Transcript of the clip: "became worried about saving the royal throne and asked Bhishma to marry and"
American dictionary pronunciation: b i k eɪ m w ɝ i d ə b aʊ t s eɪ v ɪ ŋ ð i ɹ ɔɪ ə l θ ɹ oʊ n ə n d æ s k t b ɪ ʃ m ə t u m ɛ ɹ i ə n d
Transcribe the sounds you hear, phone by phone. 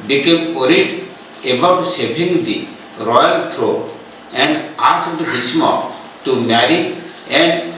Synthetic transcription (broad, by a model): b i k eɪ m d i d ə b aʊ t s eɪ b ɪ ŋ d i ɹ ɔɪ ə l t ɹ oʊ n ə n d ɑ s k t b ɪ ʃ m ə t u m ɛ ɹ i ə n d